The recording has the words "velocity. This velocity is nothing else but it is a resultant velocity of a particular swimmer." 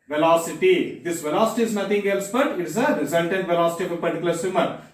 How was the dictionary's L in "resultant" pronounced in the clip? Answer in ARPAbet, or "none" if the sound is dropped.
N